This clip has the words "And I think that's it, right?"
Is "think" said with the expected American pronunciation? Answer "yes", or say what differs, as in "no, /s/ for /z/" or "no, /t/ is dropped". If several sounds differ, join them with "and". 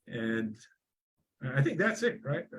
yes